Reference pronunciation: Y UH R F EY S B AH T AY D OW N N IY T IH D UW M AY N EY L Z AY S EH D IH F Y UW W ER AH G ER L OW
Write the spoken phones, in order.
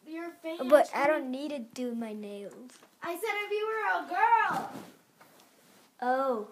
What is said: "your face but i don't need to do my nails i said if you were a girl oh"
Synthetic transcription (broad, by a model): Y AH R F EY B AH T AY D OW N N IY T IH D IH M AY N EY L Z AY S EH D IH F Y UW W ER AH G ER L OW